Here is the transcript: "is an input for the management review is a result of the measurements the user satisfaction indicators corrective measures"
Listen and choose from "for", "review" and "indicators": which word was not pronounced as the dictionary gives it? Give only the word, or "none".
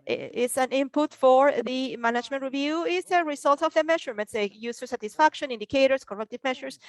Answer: indicators